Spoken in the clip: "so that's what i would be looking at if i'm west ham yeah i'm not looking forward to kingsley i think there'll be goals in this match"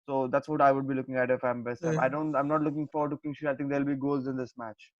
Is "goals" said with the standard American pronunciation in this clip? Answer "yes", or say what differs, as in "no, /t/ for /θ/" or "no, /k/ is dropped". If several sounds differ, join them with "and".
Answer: no, /l/ is dropped